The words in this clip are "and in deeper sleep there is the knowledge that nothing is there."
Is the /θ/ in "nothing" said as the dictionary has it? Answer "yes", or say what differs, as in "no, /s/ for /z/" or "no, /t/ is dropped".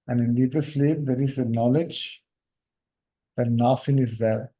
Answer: no, /s/ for /θ/